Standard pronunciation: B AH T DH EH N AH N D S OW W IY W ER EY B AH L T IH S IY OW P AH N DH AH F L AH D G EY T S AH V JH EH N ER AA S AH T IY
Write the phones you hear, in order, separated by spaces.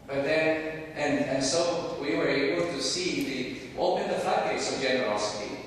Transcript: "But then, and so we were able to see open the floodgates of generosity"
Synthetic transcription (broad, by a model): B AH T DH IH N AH N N S OW W IY W ER EY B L T IH S IY OW P AH N DH AH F AH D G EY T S AH V JH EH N ER AA S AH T IY